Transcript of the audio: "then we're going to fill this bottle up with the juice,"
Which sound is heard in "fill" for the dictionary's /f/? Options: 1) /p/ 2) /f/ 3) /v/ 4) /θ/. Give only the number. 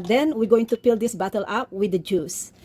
1